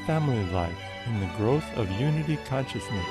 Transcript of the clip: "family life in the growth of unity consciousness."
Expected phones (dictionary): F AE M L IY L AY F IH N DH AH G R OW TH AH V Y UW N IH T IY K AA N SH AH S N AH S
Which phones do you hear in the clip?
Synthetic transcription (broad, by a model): F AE M L IY L AY F IH N DH AH G R OW TH AH V Y UW N IH T IY K AA N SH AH S N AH S